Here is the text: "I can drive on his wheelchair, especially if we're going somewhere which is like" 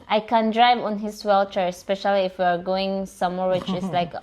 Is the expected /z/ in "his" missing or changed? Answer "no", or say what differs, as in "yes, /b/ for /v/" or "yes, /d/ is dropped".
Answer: yes, /s/ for /z/